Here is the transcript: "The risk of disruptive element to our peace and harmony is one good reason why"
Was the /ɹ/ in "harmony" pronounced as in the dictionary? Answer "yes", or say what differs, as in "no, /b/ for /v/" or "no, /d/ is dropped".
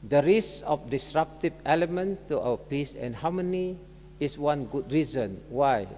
no, /w/ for /ɹ/